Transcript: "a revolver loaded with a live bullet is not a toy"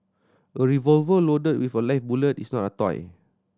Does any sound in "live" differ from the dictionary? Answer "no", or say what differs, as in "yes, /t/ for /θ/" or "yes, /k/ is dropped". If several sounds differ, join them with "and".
yes, /f/ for /v/